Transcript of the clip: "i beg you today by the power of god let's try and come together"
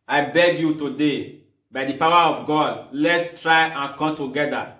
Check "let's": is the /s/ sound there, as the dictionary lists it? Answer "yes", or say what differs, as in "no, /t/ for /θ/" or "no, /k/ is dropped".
no, /s/ is dropped